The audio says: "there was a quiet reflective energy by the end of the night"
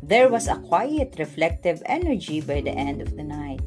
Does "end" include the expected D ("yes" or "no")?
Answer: yes